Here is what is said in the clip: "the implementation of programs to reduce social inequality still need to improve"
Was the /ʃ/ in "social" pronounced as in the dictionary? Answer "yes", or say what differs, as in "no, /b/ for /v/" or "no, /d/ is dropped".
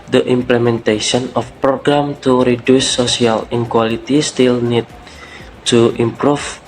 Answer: no, /ʃ/ is dropped